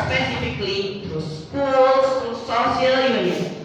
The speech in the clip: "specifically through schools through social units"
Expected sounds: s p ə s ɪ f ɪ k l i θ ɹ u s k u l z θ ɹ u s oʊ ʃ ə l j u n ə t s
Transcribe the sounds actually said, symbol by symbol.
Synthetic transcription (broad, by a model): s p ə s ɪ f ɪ k l i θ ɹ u s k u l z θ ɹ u s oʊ s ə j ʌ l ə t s